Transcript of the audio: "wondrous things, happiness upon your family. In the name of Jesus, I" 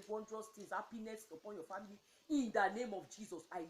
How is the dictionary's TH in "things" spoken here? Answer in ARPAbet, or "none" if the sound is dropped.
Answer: T